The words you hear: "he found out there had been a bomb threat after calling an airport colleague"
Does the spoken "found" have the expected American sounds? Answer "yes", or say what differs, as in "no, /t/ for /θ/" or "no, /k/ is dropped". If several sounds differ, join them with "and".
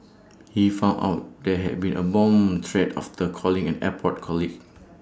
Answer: no, /d/ is dropped